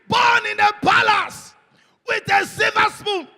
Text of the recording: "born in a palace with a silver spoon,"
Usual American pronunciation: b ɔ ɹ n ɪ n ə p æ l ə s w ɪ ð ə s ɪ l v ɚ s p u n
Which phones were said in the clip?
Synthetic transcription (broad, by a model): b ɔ n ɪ n ə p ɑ l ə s w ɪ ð ə s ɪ v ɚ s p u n